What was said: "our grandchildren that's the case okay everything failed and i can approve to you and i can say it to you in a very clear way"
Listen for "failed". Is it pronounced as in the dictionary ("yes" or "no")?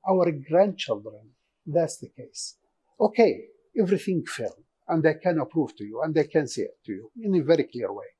no